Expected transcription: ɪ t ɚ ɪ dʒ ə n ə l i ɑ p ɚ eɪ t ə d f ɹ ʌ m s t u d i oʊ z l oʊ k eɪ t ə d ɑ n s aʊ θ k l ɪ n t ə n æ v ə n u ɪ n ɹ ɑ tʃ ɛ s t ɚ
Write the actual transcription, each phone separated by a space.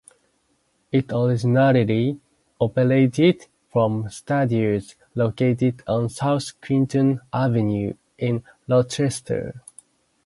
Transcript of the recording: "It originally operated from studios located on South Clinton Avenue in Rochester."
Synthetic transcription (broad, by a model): ɪ t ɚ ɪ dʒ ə n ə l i ɑ p ɚ eɪ t ə d f ɹ ʌ m s t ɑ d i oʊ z l oʊ k eɪ t ə d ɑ n s aʊ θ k w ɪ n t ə n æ v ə n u ɪ n l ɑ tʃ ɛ s t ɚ